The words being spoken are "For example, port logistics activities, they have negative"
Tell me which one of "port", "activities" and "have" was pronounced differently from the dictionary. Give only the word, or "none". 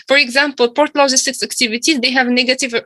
none